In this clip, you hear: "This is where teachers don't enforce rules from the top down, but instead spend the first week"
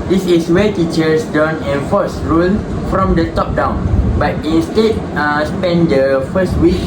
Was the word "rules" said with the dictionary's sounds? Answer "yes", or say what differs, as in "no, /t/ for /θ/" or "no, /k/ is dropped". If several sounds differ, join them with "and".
no, /z/ is dropped